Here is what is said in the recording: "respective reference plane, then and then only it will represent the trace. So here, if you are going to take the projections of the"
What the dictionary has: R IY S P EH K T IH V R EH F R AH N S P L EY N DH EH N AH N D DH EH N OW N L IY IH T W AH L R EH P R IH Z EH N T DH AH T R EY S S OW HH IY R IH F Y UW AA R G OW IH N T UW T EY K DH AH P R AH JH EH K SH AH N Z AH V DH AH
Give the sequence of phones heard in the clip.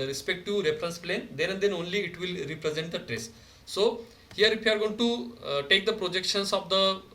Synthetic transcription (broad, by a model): R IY S P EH K T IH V R EH F R AH N S P L EY N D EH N AH N D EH N OW N L IY IH T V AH L R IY P R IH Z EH N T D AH T R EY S S OW HH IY R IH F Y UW AA R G OW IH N T UW T EY K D AH P R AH JH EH K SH AH N S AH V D AH